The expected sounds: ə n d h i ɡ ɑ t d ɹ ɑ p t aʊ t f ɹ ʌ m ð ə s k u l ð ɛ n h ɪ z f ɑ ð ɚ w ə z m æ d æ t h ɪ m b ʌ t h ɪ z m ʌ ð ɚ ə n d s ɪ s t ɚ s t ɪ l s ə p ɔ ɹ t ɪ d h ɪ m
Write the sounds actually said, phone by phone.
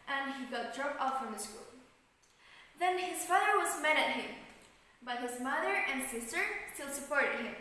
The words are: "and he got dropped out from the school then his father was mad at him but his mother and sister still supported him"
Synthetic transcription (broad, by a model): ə n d h i ɡ ɑ t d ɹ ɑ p aʊ f ɹ ʌ m ð ə s k u l ð ɛ n h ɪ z f ɑ ð ɚ w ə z m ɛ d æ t h ɪ m b ʌ t h ɪ z m ʌ ð ɚ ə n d s ɪ s t ɚ s t ɪ l s ə p ɔ ɹ t ɪ d h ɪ m